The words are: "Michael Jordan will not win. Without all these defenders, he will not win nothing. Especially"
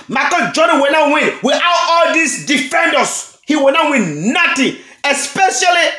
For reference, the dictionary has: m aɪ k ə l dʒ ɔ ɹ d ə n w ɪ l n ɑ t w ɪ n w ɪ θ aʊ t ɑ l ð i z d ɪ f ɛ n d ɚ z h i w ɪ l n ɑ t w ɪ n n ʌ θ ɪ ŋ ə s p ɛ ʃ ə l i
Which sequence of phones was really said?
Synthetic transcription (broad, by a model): m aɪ k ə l dʒ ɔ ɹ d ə w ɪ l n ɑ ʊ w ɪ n w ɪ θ aʊ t ɑ l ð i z d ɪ f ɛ n d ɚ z h i w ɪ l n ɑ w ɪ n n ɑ t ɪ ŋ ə s p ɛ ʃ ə l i